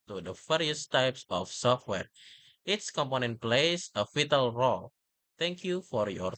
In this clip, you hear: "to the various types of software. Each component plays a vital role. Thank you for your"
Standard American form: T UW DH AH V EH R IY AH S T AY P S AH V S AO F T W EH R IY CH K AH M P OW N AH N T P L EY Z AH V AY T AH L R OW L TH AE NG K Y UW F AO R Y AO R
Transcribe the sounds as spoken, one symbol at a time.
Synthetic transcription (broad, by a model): T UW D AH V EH R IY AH S T AY P S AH F S AO F T W EH R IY S K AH M P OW N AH N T P L EY S AH F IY T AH L R OW L T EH NG K Y UW F AO R Y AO R